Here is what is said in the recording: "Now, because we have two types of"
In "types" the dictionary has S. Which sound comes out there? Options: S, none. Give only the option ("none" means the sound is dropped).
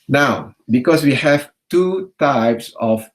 S